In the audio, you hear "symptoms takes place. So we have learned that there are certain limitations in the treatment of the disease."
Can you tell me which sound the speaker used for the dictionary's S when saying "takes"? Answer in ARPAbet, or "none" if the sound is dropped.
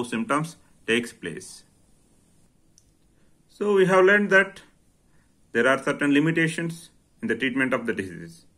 S